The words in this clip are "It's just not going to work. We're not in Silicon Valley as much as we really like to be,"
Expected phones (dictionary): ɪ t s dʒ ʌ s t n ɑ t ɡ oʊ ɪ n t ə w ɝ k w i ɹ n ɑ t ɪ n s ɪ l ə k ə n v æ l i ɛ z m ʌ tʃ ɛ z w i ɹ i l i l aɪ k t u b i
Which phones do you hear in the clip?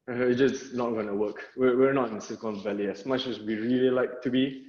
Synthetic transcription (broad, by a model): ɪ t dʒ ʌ s n ɑ t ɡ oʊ n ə w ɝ k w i w n ɑ t ɪ n s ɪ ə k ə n v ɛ l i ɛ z m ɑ tʃ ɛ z w i ɹ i l i l aɪ k t u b i